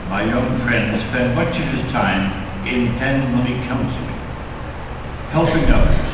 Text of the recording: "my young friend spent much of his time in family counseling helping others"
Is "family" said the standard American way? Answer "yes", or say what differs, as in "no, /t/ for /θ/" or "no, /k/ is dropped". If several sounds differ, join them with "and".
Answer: no, /n/ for /l/